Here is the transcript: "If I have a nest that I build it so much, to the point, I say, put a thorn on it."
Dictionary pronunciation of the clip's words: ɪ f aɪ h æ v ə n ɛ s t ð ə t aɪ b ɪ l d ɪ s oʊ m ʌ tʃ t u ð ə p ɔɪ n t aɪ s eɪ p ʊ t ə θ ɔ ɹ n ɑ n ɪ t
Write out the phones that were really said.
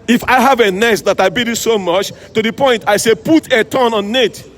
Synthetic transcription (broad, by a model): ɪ f aɪ h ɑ v ə n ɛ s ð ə t aɪ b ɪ d ɪ s oʊ m ʌ tʃ t u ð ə p ɔɪ n t aɪ s eɪ p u t ə t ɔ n ɑ n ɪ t